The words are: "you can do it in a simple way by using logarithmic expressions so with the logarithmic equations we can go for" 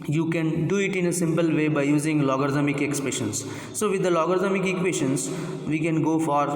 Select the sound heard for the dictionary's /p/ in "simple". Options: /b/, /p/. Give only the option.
/p/